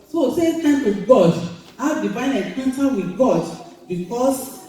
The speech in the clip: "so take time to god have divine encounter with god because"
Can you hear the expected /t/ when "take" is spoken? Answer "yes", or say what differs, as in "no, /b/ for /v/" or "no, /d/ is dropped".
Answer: no, /s/ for /t/